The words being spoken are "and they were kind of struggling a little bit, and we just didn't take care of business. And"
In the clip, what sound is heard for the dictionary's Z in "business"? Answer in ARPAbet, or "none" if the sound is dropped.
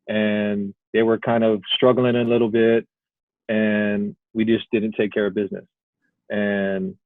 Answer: Z